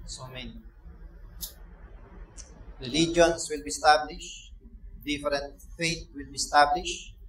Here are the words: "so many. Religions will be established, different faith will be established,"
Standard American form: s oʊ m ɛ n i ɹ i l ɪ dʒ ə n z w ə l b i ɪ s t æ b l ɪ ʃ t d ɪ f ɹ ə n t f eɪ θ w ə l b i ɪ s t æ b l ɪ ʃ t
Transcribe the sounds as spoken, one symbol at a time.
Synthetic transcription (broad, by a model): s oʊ m ɛ n i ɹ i l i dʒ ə n s w ə l b i s t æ b l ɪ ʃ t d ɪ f ɹ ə n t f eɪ t w ə l b i s t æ b l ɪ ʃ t